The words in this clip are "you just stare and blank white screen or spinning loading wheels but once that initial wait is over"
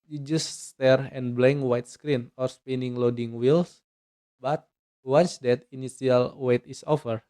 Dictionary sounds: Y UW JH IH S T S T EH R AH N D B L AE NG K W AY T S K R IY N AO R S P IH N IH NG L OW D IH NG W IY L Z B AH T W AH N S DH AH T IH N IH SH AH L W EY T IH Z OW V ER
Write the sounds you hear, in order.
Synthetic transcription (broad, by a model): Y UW JH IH S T S T EH R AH N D B L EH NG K W AY T S K R IY N AO R S P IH N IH NG L OW D IH NG W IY L S B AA T W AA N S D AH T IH N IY S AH L W EY T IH S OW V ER